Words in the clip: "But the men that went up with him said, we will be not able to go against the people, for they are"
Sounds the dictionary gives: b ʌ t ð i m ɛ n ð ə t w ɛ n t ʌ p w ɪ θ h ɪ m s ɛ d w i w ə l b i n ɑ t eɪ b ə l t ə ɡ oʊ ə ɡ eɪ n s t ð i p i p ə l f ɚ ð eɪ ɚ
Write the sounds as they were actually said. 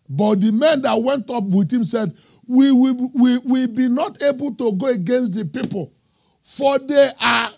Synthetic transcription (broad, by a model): b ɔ t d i m ɛ n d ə t w ɛ n t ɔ p w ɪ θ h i m s ɛ d w i w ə w b i n ɑ t eɪ b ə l t ə ɡ oʊ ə ɡ eɪ n s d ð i p i p ə l f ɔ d eɪ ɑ